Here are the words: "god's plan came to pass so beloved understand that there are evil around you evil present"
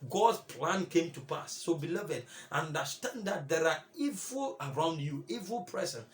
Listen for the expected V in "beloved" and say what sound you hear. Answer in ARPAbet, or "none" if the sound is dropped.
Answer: V